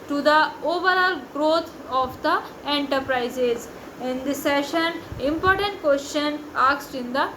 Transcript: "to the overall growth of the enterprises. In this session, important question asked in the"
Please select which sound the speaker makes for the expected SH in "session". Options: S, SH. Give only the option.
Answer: SH